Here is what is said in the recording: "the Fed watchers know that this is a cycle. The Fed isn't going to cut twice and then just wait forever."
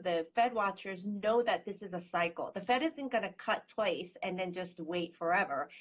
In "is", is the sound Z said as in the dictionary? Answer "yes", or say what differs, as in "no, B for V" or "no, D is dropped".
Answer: yes